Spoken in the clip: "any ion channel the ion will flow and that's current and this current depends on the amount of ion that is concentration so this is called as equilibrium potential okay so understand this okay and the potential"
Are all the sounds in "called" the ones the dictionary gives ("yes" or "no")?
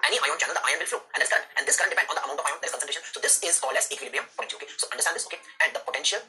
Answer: no